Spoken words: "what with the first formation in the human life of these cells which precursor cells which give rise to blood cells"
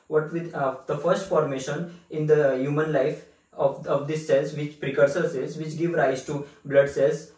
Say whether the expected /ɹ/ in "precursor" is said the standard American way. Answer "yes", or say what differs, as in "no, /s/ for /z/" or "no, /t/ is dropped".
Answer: yes